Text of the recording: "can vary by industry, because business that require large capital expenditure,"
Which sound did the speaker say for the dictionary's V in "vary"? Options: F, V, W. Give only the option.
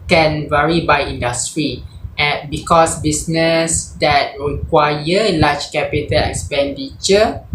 V